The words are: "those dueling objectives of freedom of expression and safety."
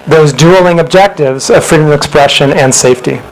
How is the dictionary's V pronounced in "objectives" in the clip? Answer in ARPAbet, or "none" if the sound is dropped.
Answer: V